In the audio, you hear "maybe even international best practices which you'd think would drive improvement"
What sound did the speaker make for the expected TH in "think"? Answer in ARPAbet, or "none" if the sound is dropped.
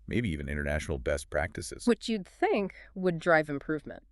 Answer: TH